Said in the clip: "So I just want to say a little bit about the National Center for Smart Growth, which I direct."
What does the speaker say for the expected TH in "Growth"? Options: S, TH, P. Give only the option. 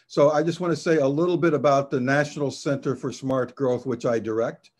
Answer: TH